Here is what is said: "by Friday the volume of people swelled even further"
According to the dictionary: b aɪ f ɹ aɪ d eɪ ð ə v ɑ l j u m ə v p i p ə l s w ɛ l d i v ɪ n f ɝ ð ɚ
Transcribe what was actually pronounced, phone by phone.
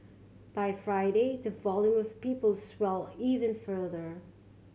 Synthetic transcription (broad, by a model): b aɪ f ɹ aɪ d eɪ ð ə v ɑ l j u m ə v p i p ə l s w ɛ l i v ɪ n f ɝ ð ɚ